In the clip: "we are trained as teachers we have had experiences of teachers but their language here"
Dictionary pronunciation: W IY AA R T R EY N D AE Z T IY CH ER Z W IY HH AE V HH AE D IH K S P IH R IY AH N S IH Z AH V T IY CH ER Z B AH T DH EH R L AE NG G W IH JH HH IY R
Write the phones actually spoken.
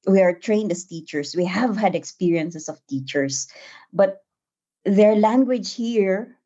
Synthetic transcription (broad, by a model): W IY AA R T R EY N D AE S T IY CH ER S W IY HH AE V HH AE D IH K S P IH R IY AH N S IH S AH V T IY CH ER S B AH T DH EH R L AE NG G W IH JH HH IY R